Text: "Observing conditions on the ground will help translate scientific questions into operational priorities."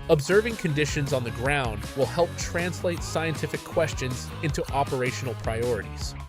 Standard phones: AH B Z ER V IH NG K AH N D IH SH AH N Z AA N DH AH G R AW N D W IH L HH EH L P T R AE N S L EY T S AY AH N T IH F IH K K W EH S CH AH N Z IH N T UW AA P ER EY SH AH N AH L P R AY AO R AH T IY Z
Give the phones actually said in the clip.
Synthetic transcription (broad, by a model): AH B Z ER V IH NG K AH N D IH SH AH N Z N DH AH G R AW N D W IH L HH EH L P T R AE N S L EY T S AY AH N T IH F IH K K W EH S CH AH N Z IH N T UW AA P ER EY SH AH N L P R AY AO R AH T IY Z